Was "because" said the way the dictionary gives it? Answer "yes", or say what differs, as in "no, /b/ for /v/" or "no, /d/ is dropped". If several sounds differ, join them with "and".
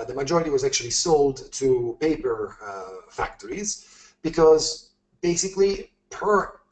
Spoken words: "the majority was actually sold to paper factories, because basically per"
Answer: yes